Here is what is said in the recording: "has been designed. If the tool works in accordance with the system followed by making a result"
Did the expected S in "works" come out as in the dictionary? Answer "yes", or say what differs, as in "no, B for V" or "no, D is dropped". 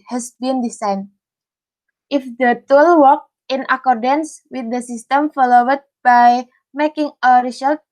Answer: no, S is dropped